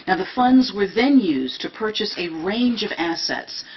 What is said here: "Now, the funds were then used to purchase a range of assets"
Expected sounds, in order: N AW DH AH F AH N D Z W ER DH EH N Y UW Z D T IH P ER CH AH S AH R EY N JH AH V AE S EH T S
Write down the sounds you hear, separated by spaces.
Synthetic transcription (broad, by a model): N AW DH AH F AH N D Z W ER DH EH N Y UW Z T IH P ER CH AH S AH R EY N JH AH V AE S EH T S